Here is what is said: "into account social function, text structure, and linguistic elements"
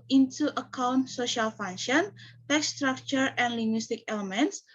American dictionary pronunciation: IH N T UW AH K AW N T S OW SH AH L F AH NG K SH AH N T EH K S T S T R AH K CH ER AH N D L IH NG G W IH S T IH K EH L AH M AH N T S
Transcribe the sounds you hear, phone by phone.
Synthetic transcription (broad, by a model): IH N T UW AH K AW N T S OW SH AH L F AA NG SH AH N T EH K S S T R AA K CH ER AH N L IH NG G W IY S T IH K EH L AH M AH N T S